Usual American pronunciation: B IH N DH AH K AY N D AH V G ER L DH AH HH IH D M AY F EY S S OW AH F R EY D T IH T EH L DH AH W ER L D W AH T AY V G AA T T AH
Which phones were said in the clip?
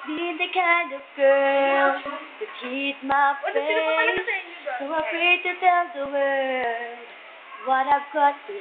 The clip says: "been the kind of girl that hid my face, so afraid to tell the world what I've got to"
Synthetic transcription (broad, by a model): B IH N DH AH K AY N D AH V G ER L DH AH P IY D M AY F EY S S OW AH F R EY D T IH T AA N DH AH W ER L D W AH T AY V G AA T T